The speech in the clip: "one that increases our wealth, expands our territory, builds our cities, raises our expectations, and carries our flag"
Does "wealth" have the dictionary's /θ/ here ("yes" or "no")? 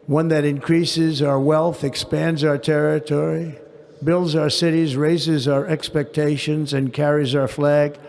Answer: yes